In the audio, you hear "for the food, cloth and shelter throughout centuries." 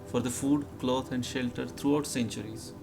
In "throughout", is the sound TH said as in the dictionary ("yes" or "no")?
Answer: no